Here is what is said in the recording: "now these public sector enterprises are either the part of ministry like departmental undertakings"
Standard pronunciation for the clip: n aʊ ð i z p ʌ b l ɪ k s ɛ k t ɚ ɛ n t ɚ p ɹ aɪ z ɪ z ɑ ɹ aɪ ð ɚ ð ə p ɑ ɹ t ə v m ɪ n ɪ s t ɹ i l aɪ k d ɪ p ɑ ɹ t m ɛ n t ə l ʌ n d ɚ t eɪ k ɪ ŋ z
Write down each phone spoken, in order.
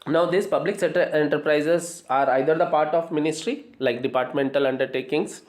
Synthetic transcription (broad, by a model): n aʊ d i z p ʌ b l ɪ k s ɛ t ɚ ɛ n t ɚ p ɹ aɪ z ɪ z ɑ ɹ aɪ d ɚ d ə p ɑ ɹ t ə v m ɪ n ɪ s t ɹ i l aɪ k d ɪ p ɑ ɹ t m ɛ n t ə l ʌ n d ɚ t eɪ k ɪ ŋ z